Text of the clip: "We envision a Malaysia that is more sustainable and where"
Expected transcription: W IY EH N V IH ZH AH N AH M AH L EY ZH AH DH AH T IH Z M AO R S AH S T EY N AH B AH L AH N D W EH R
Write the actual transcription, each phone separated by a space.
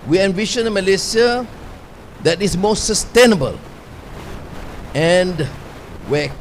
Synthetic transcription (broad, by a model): W IY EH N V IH SH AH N AH M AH L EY S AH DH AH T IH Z M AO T S AH S T EY N AH B AH L AH N D W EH